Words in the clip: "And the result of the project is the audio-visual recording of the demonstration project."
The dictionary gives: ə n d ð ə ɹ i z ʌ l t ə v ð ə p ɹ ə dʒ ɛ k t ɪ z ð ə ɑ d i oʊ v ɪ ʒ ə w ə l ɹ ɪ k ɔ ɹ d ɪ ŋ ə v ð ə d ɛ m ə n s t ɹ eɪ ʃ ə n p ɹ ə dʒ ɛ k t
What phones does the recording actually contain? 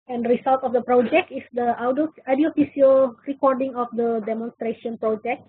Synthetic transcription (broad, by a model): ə n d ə ɹ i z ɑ l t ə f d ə p ɹ ə dʒ ɛ k t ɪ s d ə ɑ d i oʊ f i s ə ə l ɹ ɪ k ɔ ɹ d ɪ ŋ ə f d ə d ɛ m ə n s t ɹ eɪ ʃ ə n p ɹ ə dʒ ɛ k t